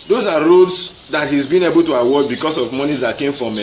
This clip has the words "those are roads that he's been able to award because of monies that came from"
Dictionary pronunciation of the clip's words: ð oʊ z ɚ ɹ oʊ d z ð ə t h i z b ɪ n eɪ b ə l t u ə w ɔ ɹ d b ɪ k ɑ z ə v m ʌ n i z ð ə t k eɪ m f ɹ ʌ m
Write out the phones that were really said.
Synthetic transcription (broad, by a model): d oʊ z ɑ ɹ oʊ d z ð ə t h i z b ɪ n eɪ b ə l t u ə w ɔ b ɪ k ɑ s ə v m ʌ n i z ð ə t k eɪ m f ɹ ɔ m